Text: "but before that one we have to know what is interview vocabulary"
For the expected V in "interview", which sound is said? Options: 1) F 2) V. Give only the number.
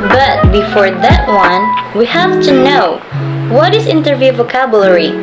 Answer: 2